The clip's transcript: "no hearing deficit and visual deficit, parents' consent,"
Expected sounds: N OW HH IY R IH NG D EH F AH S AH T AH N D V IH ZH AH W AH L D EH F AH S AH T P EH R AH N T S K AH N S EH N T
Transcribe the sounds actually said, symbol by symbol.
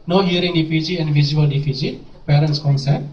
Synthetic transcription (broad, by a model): N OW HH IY R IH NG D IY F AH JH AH AH N D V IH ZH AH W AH L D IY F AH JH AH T P EH R AH N T S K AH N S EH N